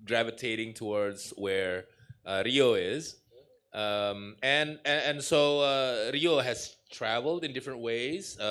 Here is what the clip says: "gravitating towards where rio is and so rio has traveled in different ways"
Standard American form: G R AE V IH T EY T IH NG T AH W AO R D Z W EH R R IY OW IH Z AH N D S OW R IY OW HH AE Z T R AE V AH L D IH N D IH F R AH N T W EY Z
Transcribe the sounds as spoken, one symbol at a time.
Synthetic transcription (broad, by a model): G R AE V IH T EY T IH NG T AH W AO R D Z W EH R R IY OW IH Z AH N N S OW R IY OW HH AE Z T R AE V AH L D IH N D IH F R AH N T W EY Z